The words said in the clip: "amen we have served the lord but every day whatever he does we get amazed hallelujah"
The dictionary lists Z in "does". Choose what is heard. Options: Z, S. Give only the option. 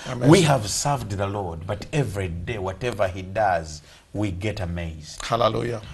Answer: Z